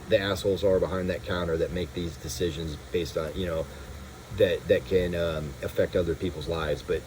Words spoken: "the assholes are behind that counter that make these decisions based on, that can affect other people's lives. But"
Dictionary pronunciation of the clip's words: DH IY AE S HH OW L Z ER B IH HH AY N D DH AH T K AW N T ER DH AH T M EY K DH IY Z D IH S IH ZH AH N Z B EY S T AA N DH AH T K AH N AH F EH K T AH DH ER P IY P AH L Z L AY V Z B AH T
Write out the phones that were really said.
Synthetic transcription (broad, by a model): DH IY AE S HH OW L Z ER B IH HH AY N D DH AH T K AW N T ER DH AH T M EY K DH IY Z D IH S IH ZH AH N Z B EY S T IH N DH AH T K AH N AH F EH K T AH DH ER P IY P L Z L AY V Z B AH T